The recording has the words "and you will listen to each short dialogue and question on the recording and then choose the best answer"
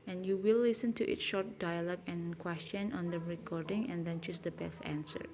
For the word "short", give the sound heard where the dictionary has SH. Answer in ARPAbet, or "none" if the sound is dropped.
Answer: SH